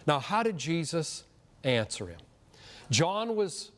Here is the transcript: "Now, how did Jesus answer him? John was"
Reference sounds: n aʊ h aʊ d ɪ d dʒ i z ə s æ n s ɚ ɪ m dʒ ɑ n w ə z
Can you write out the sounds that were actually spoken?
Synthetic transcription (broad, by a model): n aʊ h aʊ d ɪ d dʒ i z ə s æ n s ɚ ɪ m dʒ ɑ n w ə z